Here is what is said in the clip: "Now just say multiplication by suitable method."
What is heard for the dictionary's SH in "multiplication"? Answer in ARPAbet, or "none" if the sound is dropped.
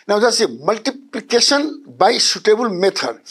S